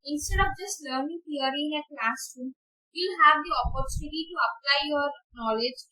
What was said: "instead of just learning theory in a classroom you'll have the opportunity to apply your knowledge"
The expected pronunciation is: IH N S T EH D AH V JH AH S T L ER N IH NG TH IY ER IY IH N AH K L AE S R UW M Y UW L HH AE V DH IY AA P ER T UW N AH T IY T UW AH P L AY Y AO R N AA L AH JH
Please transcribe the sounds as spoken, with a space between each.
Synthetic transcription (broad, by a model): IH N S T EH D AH P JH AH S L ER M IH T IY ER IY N AH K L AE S UW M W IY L HH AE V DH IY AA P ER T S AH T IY T UW AH P L AY Y AO R N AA L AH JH